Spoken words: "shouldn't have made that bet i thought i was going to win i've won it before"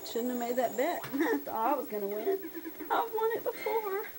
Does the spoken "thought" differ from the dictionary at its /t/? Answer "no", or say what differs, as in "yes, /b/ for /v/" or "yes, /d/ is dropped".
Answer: yes, /t/ is dropped